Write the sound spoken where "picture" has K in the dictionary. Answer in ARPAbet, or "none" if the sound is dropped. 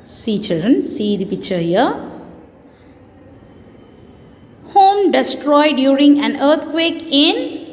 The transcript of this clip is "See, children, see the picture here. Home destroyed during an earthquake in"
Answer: none